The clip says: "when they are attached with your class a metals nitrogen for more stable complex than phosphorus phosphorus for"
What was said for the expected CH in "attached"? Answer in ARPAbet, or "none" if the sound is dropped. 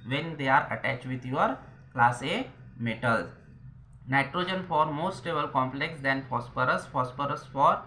CH